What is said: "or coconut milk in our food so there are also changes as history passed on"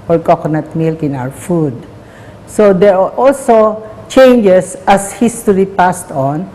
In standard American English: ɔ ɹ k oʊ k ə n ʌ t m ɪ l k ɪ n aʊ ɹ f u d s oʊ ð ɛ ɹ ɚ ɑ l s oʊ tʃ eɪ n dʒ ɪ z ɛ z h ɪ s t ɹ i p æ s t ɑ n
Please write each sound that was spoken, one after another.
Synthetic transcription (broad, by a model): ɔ ɹ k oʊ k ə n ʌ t m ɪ l k ɪ n aʊ ɹ f u d s oʊ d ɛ ɹ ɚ ɑ l s oʊ tʃ eɪ n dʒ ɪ s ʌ s h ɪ s t ɹ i p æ s t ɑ n